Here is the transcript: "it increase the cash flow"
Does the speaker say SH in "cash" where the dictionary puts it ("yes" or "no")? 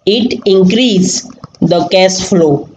no